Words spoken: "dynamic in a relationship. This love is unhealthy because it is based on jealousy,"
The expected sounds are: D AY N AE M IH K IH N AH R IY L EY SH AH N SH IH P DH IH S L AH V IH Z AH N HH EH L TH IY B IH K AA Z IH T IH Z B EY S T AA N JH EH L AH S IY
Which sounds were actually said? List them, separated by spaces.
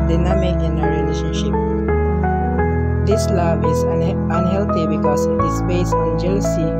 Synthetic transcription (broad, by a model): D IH N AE M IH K IH N AH R IY L EY SH AH N SH IH P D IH S L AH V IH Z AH N HH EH L T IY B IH K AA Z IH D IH S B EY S AA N JH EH L S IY